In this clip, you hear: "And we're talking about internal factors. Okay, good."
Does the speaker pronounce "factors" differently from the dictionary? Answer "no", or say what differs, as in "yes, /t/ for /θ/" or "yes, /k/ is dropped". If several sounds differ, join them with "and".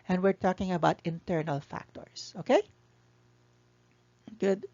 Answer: yes, /s/ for /z/